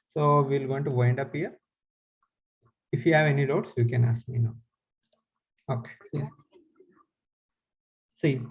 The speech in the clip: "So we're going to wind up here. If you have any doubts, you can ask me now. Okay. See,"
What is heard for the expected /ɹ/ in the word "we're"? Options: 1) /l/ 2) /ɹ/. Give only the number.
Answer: 1